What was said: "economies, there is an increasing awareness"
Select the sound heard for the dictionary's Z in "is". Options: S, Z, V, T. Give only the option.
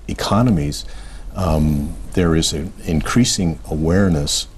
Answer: Z